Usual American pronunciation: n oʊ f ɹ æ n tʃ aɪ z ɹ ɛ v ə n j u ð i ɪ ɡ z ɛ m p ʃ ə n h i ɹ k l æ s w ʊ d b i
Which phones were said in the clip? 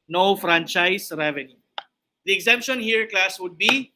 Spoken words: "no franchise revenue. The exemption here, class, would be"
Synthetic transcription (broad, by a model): n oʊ f ɹ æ n tʃ aɪ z ɹ ɛ v ə n j u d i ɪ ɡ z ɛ m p ʃ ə n h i ɹ k l æ s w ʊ d b i